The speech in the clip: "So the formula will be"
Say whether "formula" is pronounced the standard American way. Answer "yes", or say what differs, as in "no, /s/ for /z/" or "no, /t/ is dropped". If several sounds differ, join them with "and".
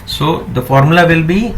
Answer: yes